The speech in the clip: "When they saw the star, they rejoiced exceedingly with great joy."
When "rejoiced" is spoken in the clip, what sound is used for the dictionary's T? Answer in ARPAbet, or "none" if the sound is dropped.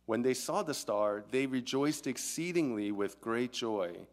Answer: T